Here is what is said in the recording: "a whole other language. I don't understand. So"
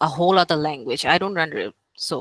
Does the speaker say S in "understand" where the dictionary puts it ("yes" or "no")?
no